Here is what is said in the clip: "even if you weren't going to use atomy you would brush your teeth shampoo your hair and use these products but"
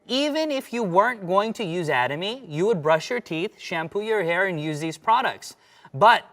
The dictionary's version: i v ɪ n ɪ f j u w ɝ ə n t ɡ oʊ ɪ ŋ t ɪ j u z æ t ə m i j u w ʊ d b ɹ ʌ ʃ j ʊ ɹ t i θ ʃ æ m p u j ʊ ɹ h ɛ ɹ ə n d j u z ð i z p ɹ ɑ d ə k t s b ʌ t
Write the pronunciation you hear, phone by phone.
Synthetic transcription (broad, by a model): i v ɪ n ɪ f j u w ɝ ə n t ɡ oʊ ɪ ŋ t ɪ j u z æ t ə m i j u w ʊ d b ɹ ʌ ʃ j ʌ ɹ t i θ ʃ æ m p u j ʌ ɹ h ɛ ɹ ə n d j u z ð i z p ɹ ɑ d ə k t s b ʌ t